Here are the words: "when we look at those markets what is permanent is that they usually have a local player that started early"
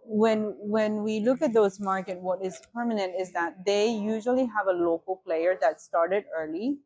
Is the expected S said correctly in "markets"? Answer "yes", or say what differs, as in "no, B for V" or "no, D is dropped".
no, S is dropped